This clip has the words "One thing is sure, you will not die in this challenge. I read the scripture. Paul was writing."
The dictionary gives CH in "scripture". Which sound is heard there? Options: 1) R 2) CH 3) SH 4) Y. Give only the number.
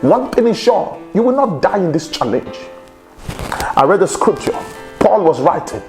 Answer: 2